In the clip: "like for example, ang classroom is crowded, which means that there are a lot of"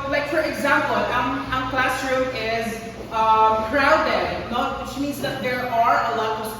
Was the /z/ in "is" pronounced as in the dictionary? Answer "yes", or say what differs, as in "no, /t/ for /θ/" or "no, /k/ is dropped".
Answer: yes